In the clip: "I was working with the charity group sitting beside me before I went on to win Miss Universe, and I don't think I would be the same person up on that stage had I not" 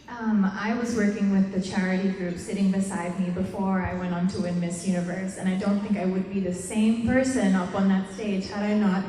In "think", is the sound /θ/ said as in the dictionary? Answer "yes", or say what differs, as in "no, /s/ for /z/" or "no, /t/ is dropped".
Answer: yes